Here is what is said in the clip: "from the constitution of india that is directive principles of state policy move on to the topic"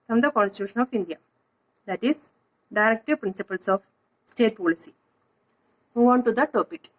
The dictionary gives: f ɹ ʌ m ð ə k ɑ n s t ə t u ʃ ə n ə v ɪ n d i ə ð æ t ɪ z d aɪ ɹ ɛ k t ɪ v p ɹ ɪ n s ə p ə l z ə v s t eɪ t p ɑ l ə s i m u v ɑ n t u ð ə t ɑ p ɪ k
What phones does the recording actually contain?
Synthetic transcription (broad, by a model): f ɹ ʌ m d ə k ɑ n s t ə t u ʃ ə n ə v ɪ n d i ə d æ t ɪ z d aɪ ɹ ɛ k t ɪ v p ɹ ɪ n s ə p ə l s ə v s t eɪ t p ɑ l ə s i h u ɑ n t u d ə t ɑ p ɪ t